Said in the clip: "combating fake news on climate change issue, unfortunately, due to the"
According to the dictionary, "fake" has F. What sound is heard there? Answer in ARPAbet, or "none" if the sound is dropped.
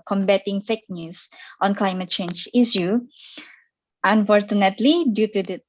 F